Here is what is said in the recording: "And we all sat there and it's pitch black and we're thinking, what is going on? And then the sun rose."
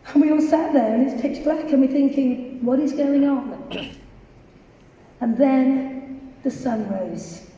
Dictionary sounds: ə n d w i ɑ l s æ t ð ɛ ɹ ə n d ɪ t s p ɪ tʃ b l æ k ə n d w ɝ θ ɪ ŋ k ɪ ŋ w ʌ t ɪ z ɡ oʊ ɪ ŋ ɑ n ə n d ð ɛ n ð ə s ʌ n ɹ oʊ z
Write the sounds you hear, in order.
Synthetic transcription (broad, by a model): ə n w i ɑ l s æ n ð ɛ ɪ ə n ɪ t s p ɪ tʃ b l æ k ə n w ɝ θ ɪ ŋ k ɪ ŋ w ʌ t ɪ z ɡ oʊ ɪ ŋ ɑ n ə n ð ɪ n ð ə s ʌ n ɹ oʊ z